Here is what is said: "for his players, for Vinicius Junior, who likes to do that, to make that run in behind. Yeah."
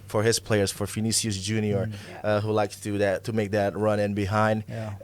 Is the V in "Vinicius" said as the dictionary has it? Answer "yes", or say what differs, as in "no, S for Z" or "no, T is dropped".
no, F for V